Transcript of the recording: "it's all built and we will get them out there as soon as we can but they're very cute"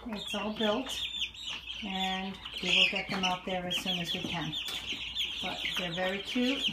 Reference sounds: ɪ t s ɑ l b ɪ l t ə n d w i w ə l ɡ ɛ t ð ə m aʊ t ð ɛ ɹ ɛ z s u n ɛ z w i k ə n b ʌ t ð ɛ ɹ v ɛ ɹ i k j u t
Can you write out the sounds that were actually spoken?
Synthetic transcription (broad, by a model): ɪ t s ɑ l b ɪ l t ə n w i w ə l ɡ ɛ t ð ə m aʊ t ð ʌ ɹ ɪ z s u n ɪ z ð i k ə n b ʌ t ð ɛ ɹ v ɛ ɹ i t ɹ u